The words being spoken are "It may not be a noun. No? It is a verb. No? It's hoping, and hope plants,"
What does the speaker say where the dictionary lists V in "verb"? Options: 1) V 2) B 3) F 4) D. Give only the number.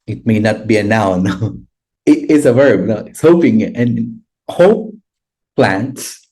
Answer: 1